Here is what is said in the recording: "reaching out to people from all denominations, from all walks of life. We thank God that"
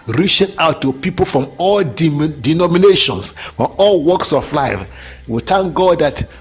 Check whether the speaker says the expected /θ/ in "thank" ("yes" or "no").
no